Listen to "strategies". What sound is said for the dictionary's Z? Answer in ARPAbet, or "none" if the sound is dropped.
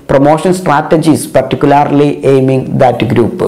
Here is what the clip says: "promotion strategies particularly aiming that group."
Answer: S